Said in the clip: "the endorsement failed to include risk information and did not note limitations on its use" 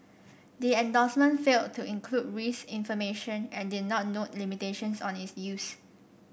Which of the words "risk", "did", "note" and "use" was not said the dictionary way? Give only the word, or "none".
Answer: risk